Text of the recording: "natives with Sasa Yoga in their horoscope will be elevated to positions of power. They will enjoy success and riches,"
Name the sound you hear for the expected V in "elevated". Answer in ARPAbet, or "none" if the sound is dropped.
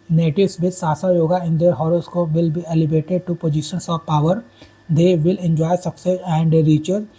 B